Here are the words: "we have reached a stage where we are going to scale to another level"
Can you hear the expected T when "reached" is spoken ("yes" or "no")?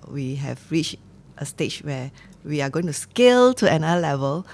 yes